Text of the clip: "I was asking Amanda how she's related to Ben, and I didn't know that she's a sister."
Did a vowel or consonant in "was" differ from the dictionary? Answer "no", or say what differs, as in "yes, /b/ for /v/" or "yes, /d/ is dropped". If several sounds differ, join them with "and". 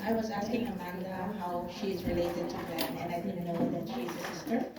no